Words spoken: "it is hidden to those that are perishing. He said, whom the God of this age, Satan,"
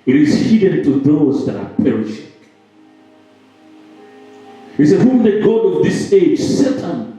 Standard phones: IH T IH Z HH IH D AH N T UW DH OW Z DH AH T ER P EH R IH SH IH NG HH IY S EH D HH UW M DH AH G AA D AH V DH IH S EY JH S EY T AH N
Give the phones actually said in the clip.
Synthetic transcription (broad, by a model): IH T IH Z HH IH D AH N T UW DH OW Z DH AH T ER P EH R IH SH IH NG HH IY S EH HH UW M DH AH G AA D AH V DH IH S EY JH S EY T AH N